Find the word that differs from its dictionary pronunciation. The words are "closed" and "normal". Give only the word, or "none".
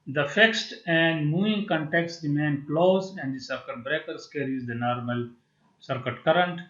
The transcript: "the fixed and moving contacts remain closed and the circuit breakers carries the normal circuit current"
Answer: closed